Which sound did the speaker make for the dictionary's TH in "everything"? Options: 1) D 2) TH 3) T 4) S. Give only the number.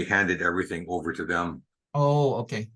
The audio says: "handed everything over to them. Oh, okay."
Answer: 2